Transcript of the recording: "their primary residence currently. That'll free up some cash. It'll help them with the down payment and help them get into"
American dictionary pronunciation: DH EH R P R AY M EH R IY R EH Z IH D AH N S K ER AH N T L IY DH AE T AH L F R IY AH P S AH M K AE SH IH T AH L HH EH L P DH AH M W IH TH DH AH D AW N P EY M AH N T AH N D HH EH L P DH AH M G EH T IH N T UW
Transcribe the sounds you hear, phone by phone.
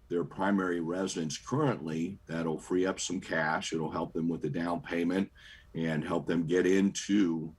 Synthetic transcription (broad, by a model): DH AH R P R AY M EH R IY R EH Z IH D AH N S K ER AH N T L IY DH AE T L F R IY AH P S AH M K AE SH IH T L HH EH L P DH AH M W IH DH AH D AW N P EY M AH N T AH N HH EH L P DH AH M G EH T IH N T UW